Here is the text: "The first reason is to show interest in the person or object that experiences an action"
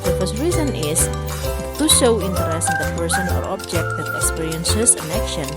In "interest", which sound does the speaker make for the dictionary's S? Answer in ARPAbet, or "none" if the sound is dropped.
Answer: none